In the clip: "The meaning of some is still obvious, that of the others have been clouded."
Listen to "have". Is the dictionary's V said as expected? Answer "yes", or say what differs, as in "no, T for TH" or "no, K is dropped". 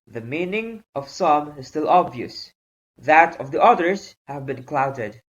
yes